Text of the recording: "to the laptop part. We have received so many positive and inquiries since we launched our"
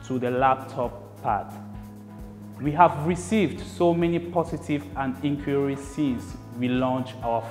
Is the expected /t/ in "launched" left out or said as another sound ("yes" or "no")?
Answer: yes